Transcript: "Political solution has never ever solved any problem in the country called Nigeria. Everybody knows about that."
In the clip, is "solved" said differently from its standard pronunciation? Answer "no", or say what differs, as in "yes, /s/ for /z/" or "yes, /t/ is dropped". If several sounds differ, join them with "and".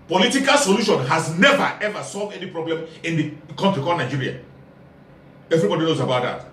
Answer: no